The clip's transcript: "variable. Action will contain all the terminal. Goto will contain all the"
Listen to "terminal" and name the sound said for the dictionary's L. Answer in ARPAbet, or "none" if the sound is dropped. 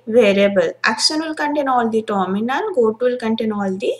N